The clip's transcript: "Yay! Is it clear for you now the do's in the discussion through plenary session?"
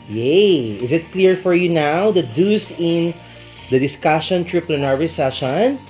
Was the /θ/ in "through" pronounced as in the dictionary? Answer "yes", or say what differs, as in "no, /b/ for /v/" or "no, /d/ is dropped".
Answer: no, /t/ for /θ/